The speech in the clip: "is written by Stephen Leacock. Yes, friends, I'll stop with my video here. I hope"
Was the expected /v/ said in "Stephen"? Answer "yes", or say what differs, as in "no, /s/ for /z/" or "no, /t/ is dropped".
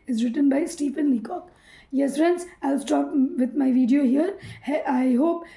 no, /p/ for /v/